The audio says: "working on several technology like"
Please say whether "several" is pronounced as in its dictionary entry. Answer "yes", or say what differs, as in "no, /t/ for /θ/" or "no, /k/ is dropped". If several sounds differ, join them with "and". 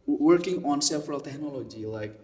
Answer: no, /f/ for /v/